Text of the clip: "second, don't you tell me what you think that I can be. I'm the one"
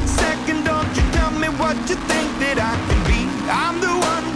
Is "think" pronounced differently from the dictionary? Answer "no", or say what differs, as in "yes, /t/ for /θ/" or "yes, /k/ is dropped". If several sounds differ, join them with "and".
no